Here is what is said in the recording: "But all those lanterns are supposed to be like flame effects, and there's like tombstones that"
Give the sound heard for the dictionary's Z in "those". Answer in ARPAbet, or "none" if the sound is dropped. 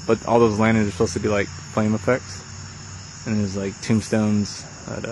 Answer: Z